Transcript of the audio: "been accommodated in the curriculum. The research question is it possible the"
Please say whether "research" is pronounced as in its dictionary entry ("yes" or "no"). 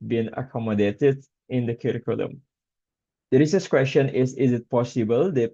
no